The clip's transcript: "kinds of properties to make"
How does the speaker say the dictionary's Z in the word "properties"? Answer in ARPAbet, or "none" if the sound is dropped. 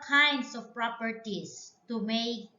S